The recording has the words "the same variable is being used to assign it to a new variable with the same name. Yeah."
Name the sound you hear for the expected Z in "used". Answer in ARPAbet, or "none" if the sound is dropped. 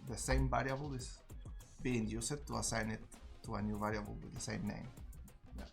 S